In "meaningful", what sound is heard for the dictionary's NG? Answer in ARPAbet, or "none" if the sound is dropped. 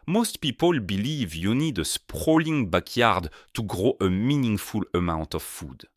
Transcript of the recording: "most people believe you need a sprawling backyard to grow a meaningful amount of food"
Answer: NG